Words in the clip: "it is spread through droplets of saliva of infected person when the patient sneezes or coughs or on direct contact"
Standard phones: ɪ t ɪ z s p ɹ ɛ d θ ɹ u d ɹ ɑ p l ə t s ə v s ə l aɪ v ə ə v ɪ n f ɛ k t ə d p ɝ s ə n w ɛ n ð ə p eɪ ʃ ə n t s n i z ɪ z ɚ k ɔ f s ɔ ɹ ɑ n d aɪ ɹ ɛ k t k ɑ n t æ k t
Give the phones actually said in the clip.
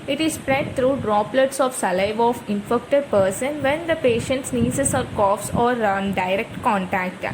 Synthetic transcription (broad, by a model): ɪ t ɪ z s p ɹ ɛ d t ɹ u d ɹ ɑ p l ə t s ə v s ə l aɪ v ə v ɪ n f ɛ k t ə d p ɝ s ə n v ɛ n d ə p eɪ ʃ ə n t s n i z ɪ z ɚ k ɔ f s ɔ ɹ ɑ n d aɪ ɹ ɛ k t k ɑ n t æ k t